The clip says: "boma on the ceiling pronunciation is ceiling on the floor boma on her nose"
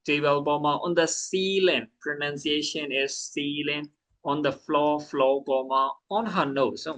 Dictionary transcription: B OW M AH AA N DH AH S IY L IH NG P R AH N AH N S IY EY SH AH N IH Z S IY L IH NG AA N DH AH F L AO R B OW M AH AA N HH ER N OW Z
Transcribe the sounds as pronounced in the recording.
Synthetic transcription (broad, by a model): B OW M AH AA N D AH S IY L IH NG P R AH N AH N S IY EY SH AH N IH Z S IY L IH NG AA N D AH F L AO L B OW M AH AA N HH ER N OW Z